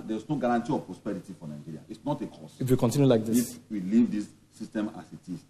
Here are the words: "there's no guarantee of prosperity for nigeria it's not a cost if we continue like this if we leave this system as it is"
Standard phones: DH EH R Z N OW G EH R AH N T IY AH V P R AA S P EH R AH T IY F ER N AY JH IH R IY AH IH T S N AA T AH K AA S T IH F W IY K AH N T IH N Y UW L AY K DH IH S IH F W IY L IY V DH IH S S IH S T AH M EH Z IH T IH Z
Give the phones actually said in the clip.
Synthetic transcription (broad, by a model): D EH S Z N OW G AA R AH N T IY AH V P R AA S P EH R AH T IY F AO N AY JH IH R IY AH IH T S N AA T AH K AA S IH F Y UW K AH N T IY N Y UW L AY K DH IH IH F W IY L IY V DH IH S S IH S T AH M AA S IH T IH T